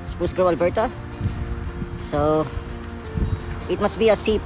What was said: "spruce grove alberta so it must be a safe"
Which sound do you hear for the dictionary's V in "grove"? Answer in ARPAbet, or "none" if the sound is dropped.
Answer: none